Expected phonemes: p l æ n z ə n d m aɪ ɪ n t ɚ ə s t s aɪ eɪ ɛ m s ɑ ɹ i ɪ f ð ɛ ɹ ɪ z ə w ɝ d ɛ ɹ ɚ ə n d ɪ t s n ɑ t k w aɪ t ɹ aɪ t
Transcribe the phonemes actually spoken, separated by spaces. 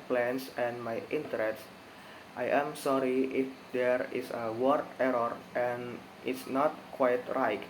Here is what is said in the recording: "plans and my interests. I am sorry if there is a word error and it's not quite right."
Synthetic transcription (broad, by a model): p l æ n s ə n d m aɪ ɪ n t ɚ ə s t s aɪ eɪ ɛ m s ɑ ɹ i ɪ f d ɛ ɹ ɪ s ə w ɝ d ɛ ɹ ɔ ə n ɪ t s n ɑ t k w aɪ t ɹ aɪ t